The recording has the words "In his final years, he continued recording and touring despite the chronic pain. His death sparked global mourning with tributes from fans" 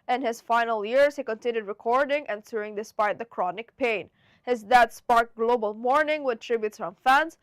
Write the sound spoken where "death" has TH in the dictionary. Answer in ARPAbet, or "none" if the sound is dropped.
T